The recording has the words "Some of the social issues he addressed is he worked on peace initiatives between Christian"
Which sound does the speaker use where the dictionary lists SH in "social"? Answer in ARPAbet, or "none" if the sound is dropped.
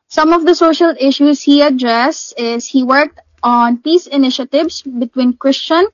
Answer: SH